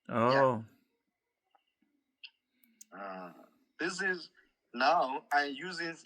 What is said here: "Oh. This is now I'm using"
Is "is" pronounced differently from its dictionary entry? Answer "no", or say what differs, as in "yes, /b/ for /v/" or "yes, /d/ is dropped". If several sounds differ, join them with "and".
no